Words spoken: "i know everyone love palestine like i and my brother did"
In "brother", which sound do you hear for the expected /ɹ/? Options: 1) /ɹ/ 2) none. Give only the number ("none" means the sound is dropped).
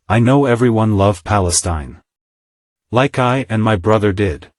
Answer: 1